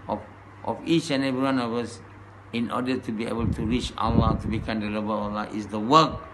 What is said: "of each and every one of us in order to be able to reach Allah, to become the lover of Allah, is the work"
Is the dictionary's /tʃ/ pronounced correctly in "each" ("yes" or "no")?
yes